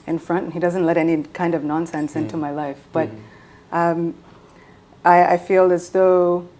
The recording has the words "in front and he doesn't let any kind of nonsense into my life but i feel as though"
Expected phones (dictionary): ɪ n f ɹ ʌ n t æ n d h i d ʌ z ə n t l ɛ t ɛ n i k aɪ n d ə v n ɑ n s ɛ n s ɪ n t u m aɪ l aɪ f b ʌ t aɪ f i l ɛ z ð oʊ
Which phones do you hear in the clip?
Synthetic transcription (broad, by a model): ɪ n f ɹ ʌ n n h i d ʌ z ə n t l ɛ t ɛ n i k aɪ n d ə v n ɑ n s ɛ n s ɪ n t u m aɪ l aɪ f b ʌ t aɪ f i l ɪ z ð oʊ